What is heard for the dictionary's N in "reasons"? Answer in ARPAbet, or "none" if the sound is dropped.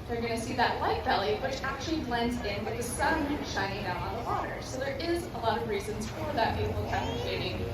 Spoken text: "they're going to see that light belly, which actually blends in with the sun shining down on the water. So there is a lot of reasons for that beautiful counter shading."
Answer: N